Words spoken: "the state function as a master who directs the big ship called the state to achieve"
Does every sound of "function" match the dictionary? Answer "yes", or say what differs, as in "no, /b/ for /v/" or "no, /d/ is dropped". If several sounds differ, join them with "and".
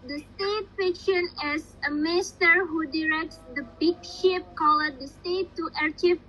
no, /ŋ/ is dropped